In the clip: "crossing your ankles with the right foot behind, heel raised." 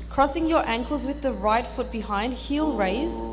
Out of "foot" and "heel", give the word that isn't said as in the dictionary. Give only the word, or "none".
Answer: none